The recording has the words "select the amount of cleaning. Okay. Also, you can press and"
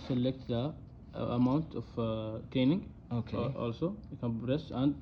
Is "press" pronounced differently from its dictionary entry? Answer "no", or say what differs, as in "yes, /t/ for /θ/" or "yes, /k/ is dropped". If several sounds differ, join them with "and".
yes, /b/ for /p/